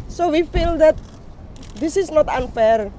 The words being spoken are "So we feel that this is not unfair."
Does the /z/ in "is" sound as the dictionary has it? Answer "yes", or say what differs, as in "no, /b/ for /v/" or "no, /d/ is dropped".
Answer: no, /s/ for /z/